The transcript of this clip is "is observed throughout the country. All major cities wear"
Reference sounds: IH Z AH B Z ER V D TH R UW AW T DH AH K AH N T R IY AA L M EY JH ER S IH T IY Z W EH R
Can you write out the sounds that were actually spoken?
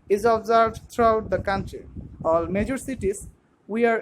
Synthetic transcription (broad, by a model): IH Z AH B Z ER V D T R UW AW T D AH K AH N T R IY AA L M EY JH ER S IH T IY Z W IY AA